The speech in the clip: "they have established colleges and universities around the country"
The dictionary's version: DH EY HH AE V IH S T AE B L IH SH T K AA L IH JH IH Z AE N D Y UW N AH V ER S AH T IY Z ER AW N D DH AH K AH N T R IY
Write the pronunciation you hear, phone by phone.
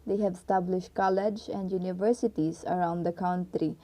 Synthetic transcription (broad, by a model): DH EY HH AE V S T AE B L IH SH T K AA L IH JH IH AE N D Y UW N AH V ER S AH T IY Z ER AW N D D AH K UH N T R IY